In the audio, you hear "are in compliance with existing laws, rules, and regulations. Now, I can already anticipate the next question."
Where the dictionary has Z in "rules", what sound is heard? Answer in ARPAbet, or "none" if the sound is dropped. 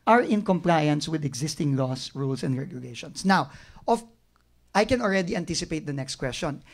S